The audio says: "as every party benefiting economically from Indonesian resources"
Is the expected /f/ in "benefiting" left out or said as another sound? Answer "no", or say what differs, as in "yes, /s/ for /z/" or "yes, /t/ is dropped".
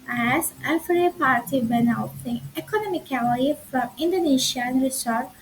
yes, /f/ is dropped